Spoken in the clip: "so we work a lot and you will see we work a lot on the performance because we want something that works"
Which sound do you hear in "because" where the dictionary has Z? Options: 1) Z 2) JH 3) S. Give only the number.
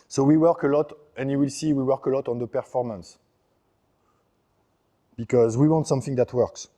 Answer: 1